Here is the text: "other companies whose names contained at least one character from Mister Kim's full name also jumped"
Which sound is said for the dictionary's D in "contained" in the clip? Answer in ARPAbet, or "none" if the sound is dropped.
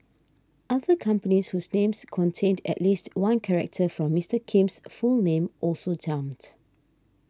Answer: D